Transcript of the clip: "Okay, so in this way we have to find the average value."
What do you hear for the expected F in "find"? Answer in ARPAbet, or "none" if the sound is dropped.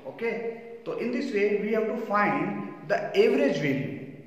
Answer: F